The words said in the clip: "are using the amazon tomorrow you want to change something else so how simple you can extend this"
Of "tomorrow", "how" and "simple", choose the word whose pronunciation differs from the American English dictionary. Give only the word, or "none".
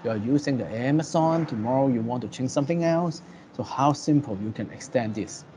none